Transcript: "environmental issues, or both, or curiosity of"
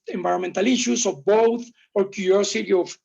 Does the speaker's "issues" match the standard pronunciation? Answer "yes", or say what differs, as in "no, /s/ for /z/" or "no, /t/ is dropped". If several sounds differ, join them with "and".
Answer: no, /s/ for /z/